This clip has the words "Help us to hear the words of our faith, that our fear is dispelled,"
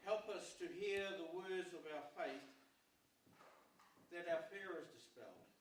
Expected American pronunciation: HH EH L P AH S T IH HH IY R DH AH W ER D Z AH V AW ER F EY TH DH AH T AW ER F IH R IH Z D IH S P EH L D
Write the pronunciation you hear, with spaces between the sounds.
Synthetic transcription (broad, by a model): HH EH L P AH S T IH HH IY R DH AH W ER D Z AH V AW ER F EY TH DH AH T AW ER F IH R IH Z D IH S P EH L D